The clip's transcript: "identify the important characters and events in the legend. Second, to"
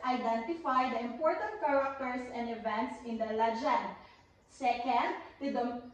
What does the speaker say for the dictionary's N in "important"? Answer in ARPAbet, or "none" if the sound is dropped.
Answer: N